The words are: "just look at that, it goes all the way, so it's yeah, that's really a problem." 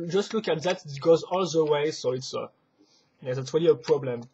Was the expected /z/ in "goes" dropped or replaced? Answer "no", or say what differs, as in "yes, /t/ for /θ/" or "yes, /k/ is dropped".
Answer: no